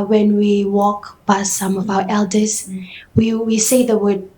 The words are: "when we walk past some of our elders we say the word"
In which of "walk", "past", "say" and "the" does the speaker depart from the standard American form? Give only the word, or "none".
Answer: past